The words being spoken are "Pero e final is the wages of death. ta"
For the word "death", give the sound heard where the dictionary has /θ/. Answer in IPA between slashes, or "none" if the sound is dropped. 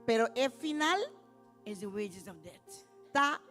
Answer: /t/